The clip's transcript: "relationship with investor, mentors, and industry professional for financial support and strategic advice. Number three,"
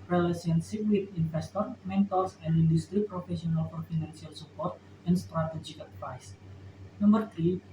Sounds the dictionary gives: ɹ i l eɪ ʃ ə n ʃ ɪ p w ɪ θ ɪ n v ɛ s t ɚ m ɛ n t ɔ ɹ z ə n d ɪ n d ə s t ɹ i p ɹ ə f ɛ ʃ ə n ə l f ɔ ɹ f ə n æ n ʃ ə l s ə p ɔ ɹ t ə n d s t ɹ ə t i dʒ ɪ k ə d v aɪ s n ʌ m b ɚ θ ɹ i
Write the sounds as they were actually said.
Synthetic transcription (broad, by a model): ɹ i l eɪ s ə n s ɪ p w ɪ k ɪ n f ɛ s t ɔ m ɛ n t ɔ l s ə n d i n d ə s t ɹ i p ɹ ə f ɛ s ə n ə l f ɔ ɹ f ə n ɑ n s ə l s ə p ɔ ɹ t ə n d s t ɹ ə t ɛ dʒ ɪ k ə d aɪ s n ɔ m b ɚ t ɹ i